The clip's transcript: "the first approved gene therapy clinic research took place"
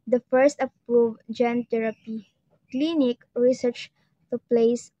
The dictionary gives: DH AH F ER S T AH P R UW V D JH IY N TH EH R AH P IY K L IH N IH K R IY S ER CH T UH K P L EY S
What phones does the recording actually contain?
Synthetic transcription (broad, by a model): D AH F ER S T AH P R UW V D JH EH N T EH R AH P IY K L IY N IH K R IY S ER CH T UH P L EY S